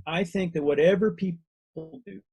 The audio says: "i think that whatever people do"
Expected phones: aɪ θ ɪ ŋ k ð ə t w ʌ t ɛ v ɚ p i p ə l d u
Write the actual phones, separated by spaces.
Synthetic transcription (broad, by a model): aɪ θ ɪ ŋ k ð ə t w ʌ t ɛ v ɚ p i p l d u